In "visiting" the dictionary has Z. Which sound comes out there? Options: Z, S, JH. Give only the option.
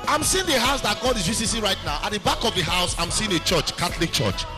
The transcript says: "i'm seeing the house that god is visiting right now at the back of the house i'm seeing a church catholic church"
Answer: S